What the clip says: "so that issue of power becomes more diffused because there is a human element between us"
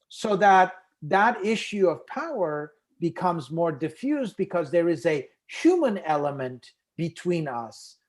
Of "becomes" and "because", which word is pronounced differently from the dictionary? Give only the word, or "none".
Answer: none